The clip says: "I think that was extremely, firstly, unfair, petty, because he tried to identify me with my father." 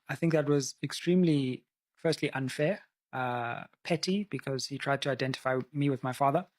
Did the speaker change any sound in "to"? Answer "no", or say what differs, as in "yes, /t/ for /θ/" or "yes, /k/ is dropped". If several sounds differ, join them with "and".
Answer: no